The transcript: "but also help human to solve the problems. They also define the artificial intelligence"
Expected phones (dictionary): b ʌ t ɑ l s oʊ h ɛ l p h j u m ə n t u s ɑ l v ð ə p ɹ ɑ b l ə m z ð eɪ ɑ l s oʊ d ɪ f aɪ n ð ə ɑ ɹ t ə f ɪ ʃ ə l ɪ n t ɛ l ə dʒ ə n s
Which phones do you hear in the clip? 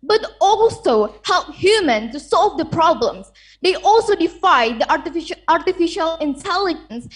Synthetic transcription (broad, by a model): b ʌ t ɑ l s oʊ h ɛ l p h j u m ə n t u s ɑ l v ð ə p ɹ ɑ b l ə m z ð eɪ ɑ l s oʊ d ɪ f aɪ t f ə ɑ ɹ t ə f ɪ ʃ ə l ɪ n t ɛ l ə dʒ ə n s